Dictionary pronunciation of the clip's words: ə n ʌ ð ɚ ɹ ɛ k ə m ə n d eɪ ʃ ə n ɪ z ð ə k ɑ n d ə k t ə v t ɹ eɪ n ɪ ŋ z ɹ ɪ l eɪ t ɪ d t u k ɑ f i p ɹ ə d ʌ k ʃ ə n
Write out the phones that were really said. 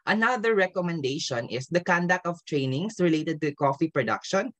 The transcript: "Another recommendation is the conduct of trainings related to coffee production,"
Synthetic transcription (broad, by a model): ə n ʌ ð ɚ ɹ ɛ k ə m ə n d eɪ ʃ ə n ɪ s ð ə k ɑ n d ə k t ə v t ɹ eɪ n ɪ ŋ s ɹ ɪ l eɪ t ɪ d t u k ɑ f i p ɹ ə d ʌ k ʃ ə n